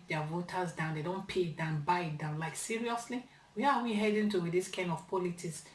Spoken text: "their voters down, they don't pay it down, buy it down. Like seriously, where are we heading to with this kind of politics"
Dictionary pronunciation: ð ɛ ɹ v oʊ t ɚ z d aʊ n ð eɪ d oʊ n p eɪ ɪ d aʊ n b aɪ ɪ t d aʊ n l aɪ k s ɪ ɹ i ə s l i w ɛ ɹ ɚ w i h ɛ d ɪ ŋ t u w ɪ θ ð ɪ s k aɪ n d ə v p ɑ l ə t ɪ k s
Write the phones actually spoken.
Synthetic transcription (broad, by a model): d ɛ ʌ v oʊ t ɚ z d aʊ n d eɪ d oʊ n p eɪ d aʊ n b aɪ ɪ t d aʊ n l aɪ k s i ɹ i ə s l i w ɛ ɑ w i h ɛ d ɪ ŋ t u w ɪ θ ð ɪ s k aɪ n d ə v p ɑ l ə t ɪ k s